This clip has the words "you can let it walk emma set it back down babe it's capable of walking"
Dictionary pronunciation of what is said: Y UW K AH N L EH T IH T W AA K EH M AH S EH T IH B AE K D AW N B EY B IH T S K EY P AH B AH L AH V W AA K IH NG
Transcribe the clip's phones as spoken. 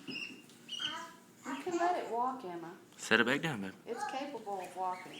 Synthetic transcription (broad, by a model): Y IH K AH N L EH T IH T W AA K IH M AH S EH T IH B AE K D AW N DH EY IH T S K EY P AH B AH L AH V W AA K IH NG